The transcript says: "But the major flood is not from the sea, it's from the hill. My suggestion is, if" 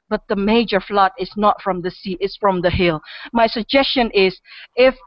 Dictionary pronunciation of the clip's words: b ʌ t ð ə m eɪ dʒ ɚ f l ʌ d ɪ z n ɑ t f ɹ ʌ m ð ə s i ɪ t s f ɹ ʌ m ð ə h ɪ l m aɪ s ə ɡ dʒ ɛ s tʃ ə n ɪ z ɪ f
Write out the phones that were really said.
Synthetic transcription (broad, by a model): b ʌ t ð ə m eɪ dʒ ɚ f l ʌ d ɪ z n ɑ t f ɹ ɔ m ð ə s i ɪ t s f ɹ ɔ m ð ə h ɪ l m aɪ s ə ɡ dʒ ɛ s tʃ ə n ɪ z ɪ f